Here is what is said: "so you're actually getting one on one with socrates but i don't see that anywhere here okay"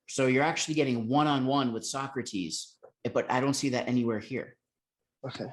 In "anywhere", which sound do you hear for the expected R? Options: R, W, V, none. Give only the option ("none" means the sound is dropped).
R